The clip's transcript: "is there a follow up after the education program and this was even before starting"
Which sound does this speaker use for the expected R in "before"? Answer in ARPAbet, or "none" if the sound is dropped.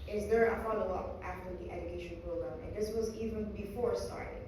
R